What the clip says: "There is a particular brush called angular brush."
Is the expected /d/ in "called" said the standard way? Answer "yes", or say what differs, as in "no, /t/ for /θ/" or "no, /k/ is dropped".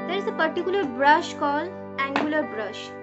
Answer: no, /d/ is dropped